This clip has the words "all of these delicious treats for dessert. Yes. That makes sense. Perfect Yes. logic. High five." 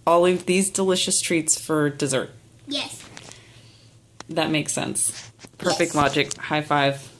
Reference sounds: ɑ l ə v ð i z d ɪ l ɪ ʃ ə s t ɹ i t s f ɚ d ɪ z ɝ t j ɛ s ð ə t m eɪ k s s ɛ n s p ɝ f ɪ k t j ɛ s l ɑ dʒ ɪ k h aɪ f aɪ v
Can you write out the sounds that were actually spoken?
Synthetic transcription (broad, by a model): ɑ l ə v ð i z d ɪ l ɪ ʃ ə s t ɹ i t s f ɚ d ɪ z ɝ t j ɛ s ð ə t m eɪ k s s ɛ n s p ɝ f ɪ k t l ɑ dʒ ɪ k h aɪ f aɪ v